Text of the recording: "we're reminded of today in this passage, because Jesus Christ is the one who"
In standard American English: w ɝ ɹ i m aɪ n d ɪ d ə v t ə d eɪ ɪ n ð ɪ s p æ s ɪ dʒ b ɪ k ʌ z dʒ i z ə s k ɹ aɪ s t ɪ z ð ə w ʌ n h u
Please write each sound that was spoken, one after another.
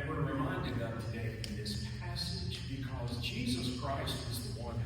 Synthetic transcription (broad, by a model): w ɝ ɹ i m aɪ n d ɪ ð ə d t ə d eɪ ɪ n ð ɪ s p æ s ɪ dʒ b ɪ k ʌ z dʒ i z ə s k ɹ aɪ s t ɪ z ð ə w ʌ n